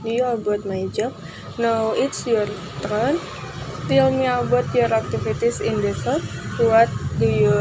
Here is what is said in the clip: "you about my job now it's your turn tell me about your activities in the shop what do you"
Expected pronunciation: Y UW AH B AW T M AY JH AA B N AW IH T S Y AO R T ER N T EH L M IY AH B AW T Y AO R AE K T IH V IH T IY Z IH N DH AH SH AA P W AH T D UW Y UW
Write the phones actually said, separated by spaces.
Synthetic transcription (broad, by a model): Y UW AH B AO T M AY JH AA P N AW IH T S Y AO R T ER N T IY L M IY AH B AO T Y AO R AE K T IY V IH T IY S IH N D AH S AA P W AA T D UW Y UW